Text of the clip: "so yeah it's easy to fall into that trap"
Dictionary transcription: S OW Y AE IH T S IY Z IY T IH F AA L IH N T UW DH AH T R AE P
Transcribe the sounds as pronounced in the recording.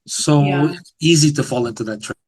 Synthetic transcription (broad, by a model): S OW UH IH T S IY Z IY T IH F AA L IH N T UW DH AH T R